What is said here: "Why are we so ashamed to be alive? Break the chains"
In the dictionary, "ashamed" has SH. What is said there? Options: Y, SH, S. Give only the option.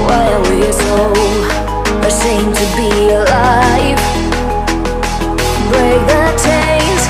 S